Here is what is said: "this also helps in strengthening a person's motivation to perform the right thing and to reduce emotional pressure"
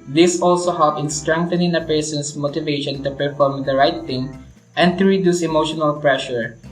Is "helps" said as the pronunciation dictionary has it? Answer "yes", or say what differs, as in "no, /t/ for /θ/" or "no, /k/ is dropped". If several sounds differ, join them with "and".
no, /s/ is dropped